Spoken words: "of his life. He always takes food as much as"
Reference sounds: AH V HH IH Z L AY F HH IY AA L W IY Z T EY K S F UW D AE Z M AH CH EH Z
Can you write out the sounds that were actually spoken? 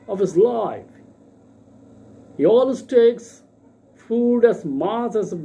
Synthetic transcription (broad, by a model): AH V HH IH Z L AY F HH IY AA L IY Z T EY K S F UW D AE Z M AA S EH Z